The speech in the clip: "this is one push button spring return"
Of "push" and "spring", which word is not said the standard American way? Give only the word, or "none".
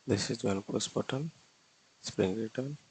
push